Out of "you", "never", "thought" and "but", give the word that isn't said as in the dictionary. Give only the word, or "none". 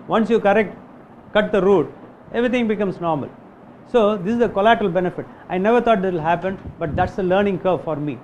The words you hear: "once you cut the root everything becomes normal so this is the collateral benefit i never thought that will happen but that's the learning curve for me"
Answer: thought